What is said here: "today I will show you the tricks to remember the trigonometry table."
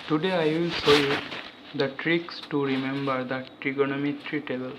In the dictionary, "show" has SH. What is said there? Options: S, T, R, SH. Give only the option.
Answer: S